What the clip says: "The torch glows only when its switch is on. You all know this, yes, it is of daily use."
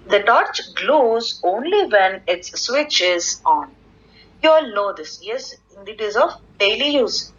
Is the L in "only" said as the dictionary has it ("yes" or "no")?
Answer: yes